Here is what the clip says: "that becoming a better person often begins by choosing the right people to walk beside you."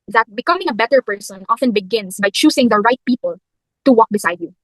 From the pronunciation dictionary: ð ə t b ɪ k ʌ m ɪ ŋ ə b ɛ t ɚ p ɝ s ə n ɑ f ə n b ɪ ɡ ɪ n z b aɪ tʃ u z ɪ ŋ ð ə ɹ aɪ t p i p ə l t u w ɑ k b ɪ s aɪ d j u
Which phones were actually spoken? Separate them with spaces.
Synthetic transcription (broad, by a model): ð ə t b ɪ k ʌ m ɪ ŋ ə b ɛ t ɚ p ɝ s ə n ɑ f ə n b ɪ ɡ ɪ n s b aɪ tʃ u s ɪ ŋ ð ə ɹ aɪ t p i p ə l t u w ɑ k b ɪ s aɪ d j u